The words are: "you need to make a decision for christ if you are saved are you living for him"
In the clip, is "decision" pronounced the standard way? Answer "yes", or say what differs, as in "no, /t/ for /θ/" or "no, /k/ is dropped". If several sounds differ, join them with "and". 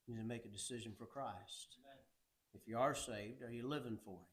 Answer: yes